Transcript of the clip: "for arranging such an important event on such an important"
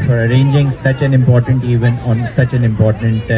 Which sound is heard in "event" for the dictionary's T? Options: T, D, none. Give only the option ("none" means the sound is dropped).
none